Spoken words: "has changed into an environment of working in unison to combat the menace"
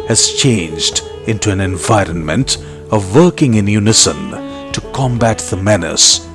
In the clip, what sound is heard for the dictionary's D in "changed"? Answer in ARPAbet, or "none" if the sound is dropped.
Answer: D